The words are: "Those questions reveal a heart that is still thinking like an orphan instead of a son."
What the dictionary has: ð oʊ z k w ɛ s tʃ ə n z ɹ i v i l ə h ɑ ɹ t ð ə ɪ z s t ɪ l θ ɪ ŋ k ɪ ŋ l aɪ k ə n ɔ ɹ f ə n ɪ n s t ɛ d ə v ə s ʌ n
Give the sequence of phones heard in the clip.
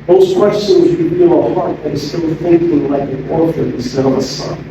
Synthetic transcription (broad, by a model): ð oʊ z k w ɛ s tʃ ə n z ɹ i v i l ə h ɑ ɹ t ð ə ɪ s t ɪ l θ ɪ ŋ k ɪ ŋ l aɪ k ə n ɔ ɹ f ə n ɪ s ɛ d ə v ə s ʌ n